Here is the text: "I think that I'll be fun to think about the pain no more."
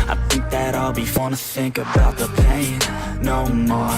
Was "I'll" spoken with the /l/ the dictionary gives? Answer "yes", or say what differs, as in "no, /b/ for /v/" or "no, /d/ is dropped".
yes